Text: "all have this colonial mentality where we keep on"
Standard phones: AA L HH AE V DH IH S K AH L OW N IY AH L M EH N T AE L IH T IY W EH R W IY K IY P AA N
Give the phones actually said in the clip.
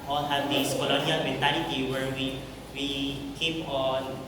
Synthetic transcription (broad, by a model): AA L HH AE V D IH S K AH L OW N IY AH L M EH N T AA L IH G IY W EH W W IY K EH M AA N